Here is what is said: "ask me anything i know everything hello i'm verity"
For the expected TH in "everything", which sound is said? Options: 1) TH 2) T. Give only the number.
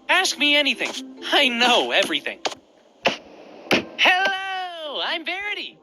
1